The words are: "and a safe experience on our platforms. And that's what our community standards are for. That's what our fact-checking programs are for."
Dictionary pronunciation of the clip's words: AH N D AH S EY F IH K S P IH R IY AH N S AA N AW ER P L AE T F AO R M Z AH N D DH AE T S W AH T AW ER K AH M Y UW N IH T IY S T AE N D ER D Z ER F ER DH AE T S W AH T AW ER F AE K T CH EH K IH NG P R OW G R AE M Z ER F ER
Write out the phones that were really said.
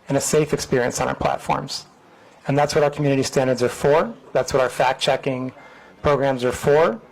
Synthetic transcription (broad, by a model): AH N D AH S EY F IH K S P IH R IY AH N S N AW ER P L AE T F AO R M Z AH N DH AE T S W AH T AW ER K M Y UW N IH T IY S T AE N D ER D Z ER F ER DH AE T S W AH T AW ER F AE K CH EH K IH NG P R OW G R AE M Z ER F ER